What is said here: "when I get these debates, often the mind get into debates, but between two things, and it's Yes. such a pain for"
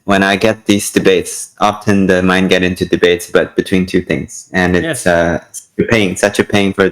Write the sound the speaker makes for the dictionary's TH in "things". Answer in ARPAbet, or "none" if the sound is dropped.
TH